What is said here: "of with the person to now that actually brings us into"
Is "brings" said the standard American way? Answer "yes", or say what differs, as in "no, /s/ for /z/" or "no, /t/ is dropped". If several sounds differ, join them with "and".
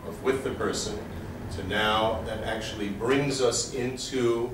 yes